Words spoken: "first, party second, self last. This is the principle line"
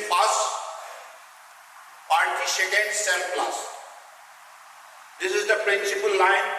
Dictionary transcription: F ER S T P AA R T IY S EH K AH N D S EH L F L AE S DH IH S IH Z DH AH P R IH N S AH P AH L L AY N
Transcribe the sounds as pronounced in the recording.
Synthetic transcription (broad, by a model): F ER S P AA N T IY SH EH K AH N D S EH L P L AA S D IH S IH Z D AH P R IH N S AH P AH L L AY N